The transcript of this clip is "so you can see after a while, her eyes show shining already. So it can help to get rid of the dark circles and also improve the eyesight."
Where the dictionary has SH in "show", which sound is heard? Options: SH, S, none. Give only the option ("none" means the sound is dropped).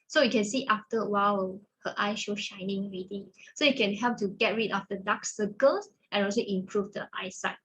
SH